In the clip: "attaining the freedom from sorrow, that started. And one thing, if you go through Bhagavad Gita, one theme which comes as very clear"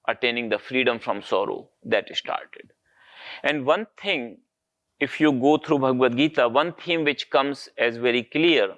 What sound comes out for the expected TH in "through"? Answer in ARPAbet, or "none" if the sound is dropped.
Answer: T